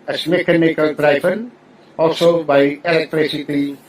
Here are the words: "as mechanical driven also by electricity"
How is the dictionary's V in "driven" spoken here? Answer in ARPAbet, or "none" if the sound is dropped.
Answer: P